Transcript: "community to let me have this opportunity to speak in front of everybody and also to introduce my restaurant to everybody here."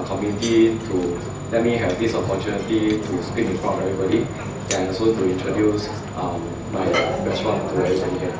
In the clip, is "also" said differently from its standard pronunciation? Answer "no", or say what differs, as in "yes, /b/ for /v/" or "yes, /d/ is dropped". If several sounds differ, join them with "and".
yes, /l/ is dropped